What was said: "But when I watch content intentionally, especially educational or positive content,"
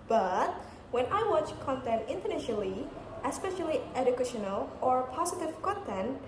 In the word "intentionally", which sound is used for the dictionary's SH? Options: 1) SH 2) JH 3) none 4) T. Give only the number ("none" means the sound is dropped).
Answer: 3